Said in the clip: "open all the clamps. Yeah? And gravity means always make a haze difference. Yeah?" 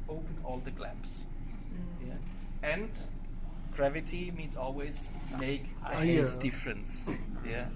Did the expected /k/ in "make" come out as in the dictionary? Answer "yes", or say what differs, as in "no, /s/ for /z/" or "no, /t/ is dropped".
no, /k/ is dropped